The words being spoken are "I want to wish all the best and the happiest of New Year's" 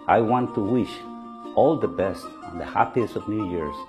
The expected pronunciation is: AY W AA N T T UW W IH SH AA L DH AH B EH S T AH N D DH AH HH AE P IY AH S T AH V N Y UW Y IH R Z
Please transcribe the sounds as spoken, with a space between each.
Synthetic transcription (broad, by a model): AY W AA N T T UW W IH SH AA L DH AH B EH S T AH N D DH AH HH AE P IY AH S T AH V N Y UW Y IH R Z